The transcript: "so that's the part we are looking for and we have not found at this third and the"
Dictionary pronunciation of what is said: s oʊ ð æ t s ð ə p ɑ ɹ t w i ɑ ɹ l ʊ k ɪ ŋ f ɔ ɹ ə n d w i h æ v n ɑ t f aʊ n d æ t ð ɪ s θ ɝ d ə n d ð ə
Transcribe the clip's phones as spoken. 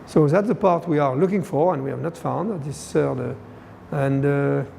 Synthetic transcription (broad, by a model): s oʊ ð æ t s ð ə p ɑ ɹ t w i ɑ ɹ l ʊ k ɪ ŋ f ɔ ɹ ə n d w i h æ v n ɑ t f aʊ n d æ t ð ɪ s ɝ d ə n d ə